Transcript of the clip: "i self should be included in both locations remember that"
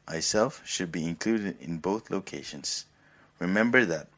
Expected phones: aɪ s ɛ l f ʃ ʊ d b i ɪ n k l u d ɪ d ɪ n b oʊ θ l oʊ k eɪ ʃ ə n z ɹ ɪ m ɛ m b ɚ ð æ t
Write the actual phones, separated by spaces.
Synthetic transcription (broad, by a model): aɪ s ɛ l f ʃ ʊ d b i ɪ n k l u d ɪ d ɪ n b oʊ θ l oʊ k eɪ ʃ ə n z ɹ ɪ m ɛ m b ɚ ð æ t